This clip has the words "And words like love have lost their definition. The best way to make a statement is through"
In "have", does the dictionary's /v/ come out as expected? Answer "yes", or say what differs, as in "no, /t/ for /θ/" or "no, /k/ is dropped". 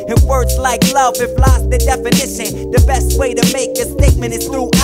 no, /f/ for /v/